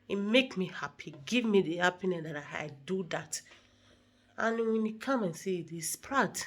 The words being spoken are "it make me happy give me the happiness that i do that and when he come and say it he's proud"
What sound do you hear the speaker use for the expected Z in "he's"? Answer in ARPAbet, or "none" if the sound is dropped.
S